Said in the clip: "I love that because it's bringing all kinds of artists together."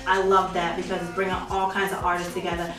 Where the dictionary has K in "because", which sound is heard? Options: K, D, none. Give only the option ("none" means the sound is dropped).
K